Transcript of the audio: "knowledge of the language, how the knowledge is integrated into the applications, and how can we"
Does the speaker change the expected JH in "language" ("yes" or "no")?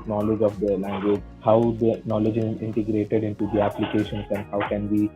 no